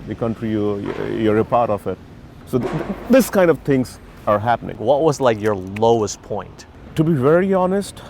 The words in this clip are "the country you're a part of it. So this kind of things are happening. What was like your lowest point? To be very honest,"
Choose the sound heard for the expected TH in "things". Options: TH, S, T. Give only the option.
T